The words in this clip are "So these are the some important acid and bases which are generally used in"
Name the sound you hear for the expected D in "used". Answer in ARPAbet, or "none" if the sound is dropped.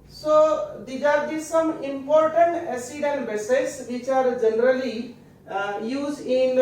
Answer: none